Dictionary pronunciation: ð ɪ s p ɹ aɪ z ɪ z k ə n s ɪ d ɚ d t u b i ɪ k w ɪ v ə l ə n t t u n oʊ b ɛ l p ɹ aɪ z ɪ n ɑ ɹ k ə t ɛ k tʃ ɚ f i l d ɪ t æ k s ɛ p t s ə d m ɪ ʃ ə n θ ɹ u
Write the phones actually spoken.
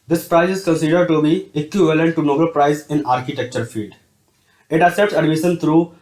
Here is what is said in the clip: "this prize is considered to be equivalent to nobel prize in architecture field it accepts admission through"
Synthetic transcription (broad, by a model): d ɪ s p ɹ aɪ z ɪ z k ə n s ɪ d ɚ d t u b i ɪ k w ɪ v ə l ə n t t u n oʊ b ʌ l p ɹ aɪ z ɪ n ɑ ɹ k ə t ɛ k tʃ ɚ f i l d ɪ t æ s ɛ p t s ə d m ɪ ʃ ə n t ɹ u